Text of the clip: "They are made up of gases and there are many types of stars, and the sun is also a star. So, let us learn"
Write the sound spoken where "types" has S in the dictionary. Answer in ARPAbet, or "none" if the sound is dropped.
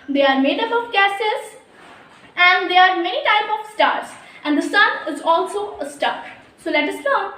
none